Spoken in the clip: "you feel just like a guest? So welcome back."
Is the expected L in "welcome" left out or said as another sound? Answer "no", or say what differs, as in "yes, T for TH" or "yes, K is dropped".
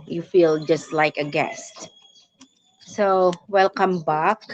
no